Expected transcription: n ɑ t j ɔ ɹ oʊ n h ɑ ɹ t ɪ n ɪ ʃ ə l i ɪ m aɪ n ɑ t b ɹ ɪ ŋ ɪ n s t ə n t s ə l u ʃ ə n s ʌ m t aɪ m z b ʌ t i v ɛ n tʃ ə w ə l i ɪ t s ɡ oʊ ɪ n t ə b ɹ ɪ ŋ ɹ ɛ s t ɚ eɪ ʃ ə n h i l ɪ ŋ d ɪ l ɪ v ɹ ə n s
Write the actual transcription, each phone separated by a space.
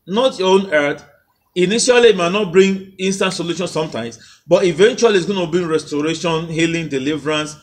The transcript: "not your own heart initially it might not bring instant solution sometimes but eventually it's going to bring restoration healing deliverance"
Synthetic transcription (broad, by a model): n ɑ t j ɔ oʊ n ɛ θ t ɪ n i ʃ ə l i m aɪ n ɑ t b ɹ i ŋ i n s t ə n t s ə l u ʃ ə n s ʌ m t aɪ m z b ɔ t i v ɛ n tʃ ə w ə l i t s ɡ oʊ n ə b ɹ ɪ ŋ ɹ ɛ s t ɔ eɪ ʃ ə n h i l ɪ ŋ d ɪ l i v ɹ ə n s